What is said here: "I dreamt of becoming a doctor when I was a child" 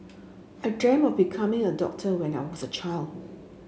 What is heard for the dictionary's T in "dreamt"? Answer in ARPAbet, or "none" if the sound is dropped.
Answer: none